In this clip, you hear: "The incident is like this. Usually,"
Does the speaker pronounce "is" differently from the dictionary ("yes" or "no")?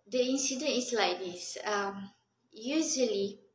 yes